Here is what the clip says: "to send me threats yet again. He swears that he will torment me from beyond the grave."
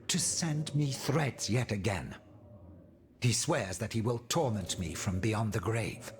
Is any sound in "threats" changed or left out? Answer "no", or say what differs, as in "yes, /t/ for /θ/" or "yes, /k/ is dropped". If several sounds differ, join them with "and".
no